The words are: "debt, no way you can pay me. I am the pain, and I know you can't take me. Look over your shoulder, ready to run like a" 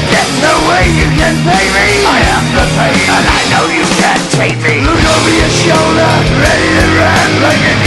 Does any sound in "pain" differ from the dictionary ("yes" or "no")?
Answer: yes